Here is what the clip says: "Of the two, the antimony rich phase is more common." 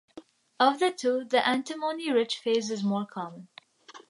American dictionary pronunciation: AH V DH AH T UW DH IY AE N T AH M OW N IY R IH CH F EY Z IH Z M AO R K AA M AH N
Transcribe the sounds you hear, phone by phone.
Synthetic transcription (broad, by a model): AH V DH AH T UW DH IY AE N T AH M OW N IY R IH CH F EY Z IH Z M AO R K AA M AH N